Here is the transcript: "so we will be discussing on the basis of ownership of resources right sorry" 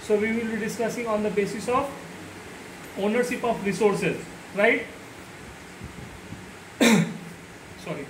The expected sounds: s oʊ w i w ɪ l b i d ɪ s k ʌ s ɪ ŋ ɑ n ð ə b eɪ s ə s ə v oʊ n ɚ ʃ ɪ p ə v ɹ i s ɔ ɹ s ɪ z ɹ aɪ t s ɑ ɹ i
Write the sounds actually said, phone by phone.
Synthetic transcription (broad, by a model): s oʊ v i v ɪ l b i d ɪ s k ʌ s ɪ ŋ ɑ n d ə b eɪ s ə s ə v oʊ n ɚ ʃ ɪ p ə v ɹ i s ɔ ɹ s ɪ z ɹ aɪ t s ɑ ɹ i